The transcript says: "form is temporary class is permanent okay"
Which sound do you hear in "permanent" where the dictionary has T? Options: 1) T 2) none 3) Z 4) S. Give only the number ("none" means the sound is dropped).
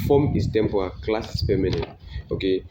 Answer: 2